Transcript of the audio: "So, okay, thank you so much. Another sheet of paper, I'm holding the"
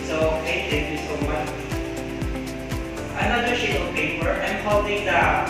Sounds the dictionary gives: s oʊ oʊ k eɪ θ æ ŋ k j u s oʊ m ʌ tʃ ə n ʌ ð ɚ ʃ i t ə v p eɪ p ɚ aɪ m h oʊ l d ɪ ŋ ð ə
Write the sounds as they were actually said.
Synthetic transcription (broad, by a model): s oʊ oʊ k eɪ t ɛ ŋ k j u s oʊ m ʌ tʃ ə n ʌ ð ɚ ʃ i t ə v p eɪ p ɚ aɪ m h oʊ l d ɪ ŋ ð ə